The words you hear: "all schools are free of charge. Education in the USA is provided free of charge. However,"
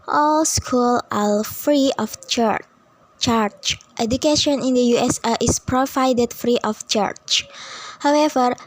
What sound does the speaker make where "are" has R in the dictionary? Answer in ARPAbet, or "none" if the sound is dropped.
L